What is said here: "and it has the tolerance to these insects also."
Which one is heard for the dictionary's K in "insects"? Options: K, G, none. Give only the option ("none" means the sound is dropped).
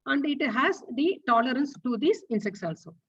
K